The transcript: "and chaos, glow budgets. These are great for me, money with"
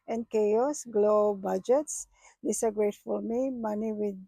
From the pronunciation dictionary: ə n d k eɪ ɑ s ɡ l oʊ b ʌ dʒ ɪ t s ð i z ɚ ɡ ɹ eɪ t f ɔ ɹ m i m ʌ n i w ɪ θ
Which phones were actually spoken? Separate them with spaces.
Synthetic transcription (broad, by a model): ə n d k eɪ ɑ s ɡ l oʊ b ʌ dʒ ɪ t s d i s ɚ ɡ ɹ eɪ t f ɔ l m i m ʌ n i w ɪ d